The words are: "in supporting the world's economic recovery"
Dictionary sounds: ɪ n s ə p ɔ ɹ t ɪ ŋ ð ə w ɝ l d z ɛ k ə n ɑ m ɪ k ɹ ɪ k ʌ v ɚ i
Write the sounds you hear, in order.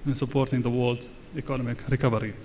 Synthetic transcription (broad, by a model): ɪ n s ə p ɔ ɹ t ɪ ŋ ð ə w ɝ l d ɛ k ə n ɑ m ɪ k ɹ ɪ k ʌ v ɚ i